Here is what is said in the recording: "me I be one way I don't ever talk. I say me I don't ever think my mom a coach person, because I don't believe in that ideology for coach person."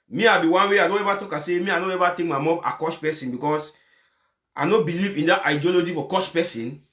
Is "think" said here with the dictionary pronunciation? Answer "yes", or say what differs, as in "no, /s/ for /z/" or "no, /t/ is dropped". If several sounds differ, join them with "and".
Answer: no, /t/ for /θ/